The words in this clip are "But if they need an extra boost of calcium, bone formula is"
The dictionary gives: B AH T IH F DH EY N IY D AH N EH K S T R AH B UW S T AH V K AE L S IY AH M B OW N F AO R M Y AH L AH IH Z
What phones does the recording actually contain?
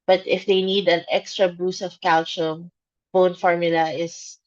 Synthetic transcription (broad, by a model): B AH T IH F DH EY N IY D AH N EH K S T R AH B UW S AH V K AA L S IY M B OW N F AO R M Y AH L AH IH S